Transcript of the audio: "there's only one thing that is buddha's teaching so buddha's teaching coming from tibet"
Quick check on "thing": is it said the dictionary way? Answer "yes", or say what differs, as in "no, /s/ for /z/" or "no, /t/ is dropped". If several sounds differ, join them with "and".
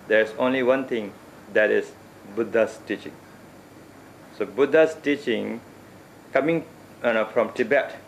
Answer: no, /t/ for /θ/